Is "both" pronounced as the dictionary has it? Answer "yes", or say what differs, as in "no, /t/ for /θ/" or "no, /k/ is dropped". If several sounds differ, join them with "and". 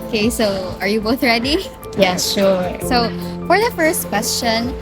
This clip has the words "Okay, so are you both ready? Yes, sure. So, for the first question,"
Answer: yes